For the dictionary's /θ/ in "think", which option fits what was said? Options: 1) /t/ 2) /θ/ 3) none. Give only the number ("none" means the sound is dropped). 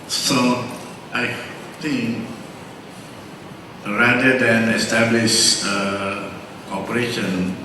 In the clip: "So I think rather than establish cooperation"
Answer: 1